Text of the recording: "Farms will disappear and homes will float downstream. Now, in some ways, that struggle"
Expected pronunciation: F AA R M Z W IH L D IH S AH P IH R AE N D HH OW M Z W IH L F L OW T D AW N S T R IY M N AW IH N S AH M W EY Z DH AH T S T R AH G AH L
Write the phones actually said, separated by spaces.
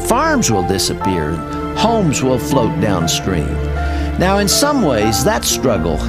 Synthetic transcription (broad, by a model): F AA R M Z W IH L D IH S AH P IH R HH OW M Z W IH L F L OW T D AW N S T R IY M N AW IH N S AH M W EY Z DH AH T S T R AH G L